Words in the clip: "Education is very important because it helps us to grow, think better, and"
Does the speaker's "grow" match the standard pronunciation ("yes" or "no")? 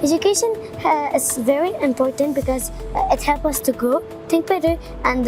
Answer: no